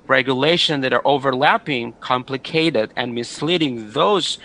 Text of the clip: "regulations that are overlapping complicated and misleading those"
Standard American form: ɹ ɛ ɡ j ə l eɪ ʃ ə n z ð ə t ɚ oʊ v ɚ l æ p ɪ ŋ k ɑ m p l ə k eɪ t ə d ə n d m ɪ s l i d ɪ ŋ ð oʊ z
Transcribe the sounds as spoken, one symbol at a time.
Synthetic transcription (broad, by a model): ɹ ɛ ɡ j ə l eɪ ʃ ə n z ð ə t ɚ oʊ v ɚ l æ p ɪ ŋ k ɑ m p l ə k eɪ t ə d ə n m ɪ s l i d ɪ ŋ ð oʊ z